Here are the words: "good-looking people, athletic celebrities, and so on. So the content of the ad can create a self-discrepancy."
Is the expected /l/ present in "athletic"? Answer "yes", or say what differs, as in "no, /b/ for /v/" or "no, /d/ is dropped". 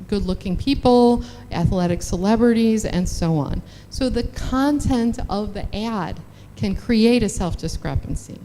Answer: yes